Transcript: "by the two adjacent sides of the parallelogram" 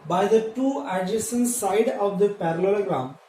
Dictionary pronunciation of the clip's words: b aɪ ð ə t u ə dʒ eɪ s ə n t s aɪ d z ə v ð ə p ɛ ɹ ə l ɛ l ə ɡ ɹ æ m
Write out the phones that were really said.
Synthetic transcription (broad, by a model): b aɪ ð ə t u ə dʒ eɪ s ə n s aɪ d ə v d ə p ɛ ɹ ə l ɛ l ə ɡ ɹ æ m